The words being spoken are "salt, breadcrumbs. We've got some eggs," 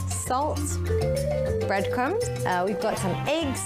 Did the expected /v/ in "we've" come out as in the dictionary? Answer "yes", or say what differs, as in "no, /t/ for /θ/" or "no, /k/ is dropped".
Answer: yes